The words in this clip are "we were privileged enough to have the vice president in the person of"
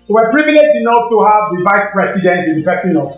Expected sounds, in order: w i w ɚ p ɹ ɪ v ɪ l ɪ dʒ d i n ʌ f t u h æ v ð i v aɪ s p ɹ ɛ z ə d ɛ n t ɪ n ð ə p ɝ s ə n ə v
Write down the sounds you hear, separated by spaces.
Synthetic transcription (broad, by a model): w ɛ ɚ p ɹ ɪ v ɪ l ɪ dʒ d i n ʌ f t u h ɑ v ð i v aɪ s p ɹ ɛ s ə d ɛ n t ɪ n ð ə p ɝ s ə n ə